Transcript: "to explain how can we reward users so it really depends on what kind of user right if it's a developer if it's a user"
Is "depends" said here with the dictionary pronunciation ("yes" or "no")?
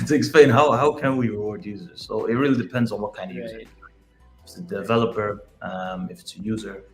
yes